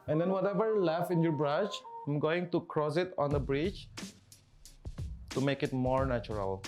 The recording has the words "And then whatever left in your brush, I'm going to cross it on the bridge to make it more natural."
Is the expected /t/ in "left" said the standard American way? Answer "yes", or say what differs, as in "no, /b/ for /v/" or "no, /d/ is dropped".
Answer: no, /t/ is dropped